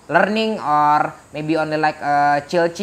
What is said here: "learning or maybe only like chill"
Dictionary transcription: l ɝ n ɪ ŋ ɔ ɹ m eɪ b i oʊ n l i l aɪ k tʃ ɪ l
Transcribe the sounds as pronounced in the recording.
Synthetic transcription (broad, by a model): l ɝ n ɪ ŋ ɔ ɹ m eɪ b i oʊ n l i l aɪ k tʃ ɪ l